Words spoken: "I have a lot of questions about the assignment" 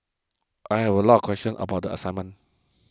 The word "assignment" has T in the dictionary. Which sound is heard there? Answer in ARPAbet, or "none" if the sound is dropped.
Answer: none